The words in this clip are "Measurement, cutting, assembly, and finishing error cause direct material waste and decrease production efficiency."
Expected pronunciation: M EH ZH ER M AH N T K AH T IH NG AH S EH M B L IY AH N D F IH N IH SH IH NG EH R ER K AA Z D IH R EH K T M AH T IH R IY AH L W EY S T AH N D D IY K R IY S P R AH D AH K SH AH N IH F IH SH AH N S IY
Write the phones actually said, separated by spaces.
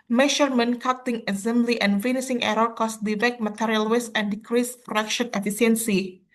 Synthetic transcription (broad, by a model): M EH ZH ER M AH N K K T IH NG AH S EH M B L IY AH N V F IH N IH S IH NG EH R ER K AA S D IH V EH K M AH T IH R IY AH L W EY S AH N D D IY K R IY S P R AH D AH K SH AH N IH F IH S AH N S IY